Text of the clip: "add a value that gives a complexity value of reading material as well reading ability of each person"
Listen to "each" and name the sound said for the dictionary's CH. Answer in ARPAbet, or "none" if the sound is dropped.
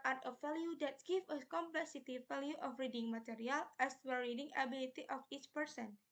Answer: CH